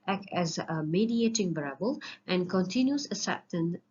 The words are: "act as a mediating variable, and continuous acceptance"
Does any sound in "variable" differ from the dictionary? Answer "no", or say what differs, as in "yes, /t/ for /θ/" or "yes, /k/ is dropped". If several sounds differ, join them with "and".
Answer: yes, /b/ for /v/